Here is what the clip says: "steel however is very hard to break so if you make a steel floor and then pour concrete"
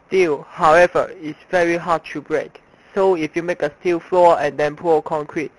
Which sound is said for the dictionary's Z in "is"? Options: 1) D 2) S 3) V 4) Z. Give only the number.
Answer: 2